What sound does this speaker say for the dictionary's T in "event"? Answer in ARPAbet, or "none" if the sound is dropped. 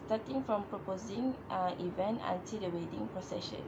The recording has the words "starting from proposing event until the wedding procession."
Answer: T